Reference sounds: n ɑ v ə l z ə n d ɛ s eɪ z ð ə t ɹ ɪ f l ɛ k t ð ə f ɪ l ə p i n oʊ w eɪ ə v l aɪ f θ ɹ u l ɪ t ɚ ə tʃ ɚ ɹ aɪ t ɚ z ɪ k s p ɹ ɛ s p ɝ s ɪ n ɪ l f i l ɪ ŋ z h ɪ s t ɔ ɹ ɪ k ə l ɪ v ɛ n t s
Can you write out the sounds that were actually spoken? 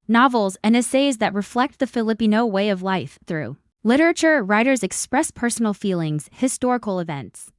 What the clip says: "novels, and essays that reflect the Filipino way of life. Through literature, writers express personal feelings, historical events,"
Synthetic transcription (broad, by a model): n ɑ v l z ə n ɛ s eɪ z ð ə t ɹ ɪ f l ɛ k t ð ə f ɪ l ə p i n oʊ w eɪ ə v l aɪ f θ ɹ u l ɪ t ɚ ə tʃ ɚ ɹ aɪ t ɚ z ɪ k s p ɹ ɛ s p ɝ s n l f i l ɪ ŋ z h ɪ s t ɔ ɹ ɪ k l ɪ v ɛ n t s